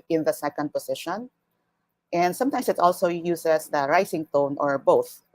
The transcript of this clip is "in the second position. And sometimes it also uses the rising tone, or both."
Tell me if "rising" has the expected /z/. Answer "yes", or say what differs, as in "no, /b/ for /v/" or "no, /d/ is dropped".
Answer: no, /s/ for /z/